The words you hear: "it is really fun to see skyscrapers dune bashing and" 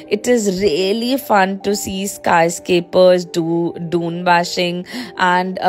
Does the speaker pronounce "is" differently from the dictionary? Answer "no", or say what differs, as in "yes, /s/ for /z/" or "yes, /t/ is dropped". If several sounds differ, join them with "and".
no